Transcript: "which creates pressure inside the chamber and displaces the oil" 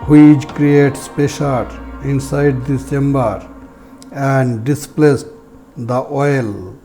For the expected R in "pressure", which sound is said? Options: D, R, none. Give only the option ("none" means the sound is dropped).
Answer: none